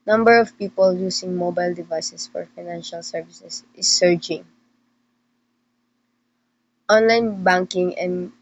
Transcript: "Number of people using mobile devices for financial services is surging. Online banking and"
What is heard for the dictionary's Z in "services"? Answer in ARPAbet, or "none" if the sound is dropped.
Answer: S